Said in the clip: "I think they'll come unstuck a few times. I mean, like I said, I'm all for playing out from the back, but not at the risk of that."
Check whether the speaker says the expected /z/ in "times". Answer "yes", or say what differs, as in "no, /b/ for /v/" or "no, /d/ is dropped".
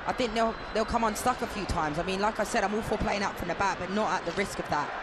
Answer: yes